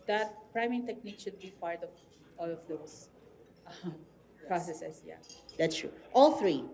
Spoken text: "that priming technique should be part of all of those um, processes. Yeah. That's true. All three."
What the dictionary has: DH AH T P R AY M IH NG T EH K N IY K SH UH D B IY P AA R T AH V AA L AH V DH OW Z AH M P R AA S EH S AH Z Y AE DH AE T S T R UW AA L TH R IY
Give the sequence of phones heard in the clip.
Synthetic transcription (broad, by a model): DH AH T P R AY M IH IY T EH K N IY K SH UH D B IY P AA R T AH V AA L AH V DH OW UH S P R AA S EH S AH S Y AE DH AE T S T R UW AA L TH R IY